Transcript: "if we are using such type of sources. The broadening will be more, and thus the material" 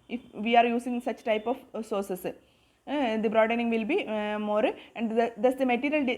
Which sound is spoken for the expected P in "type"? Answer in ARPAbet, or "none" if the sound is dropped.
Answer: P